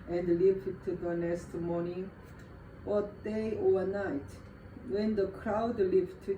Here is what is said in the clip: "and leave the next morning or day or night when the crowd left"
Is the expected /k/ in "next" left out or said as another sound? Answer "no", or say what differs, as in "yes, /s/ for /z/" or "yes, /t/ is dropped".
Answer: yes, /k/ is dropped